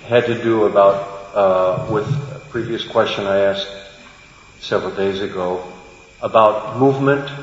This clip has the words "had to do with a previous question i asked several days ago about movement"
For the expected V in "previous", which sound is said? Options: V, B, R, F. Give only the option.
V